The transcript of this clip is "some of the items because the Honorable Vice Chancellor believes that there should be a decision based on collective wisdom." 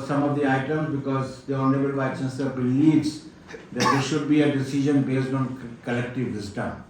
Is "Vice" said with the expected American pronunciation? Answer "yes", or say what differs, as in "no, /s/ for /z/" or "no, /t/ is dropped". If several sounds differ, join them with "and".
no, /s/ is dropped